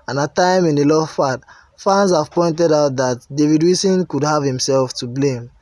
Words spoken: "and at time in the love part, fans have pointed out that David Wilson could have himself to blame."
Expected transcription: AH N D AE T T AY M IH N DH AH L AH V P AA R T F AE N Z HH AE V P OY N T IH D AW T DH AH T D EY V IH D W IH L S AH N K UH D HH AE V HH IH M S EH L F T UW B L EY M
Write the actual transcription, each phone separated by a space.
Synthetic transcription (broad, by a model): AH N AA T T AY M IH N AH L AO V F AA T F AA N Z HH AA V P OY N T IH D AW T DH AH T D EY V IH D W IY S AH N K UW D HH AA V HH IH M S EH L F T UW B L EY M